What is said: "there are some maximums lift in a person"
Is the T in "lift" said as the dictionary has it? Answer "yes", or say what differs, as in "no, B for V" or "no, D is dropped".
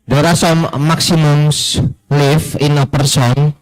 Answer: no, T is dropped